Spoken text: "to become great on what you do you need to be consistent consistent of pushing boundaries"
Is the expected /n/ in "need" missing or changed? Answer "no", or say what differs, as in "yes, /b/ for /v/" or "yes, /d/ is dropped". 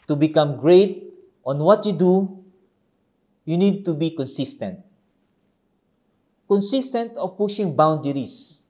no